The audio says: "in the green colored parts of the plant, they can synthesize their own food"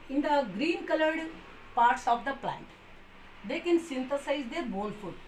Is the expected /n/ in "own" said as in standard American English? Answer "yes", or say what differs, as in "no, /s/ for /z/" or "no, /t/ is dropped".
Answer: no, /l/ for /n/